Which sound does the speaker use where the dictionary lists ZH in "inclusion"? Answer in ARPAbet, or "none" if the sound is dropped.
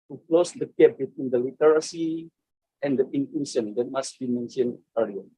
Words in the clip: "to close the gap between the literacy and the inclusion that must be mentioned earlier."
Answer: SH